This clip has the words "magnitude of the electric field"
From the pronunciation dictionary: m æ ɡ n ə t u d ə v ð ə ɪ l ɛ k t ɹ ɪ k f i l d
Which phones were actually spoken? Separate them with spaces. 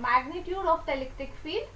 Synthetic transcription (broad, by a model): m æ ɡ n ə t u d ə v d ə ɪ l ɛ k t ɪ k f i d